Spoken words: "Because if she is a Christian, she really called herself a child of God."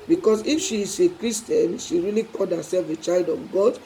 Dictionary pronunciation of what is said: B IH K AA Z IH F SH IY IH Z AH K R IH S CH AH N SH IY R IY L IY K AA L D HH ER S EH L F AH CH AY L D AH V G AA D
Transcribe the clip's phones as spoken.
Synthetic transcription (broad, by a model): B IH K AA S IH F SH IY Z AH K R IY S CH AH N SH IY R IY L IY K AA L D HH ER S EH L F AH CH AY L D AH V G AA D